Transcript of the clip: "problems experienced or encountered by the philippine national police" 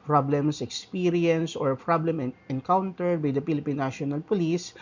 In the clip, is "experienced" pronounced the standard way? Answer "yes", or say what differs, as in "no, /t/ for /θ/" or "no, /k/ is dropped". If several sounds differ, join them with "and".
no, /t/ is dropped